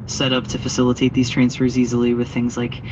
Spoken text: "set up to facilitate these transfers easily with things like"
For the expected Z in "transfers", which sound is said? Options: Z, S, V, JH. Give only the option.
Z